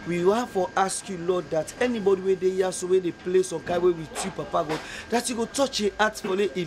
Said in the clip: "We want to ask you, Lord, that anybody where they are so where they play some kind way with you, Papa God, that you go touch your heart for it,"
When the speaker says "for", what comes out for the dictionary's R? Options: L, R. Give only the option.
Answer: L